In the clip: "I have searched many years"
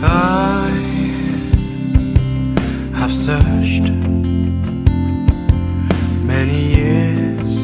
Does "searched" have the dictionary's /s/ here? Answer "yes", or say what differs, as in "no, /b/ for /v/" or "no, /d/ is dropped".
yes